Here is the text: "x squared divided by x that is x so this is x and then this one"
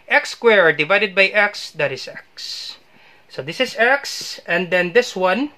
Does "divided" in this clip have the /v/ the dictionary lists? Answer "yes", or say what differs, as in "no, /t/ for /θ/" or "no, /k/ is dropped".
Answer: yes